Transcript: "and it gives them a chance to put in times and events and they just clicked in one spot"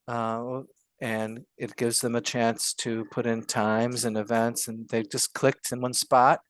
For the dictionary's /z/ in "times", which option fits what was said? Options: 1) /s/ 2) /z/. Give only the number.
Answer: 2